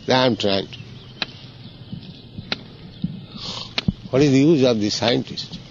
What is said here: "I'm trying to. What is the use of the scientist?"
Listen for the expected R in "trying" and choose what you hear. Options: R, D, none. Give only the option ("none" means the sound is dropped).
R